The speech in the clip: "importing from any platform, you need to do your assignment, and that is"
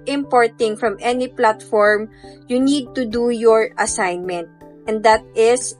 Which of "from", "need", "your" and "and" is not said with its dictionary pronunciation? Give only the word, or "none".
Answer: none